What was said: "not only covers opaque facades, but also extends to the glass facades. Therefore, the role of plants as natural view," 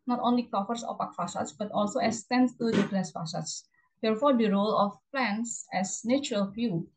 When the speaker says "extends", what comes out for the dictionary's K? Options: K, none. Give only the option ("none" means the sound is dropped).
none